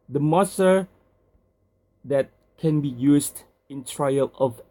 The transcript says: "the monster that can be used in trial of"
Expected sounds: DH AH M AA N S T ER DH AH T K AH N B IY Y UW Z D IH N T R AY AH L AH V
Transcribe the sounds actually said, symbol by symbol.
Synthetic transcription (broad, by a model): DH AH M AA S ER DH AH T K AH N B IY Y UW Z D IH N T R AY AH L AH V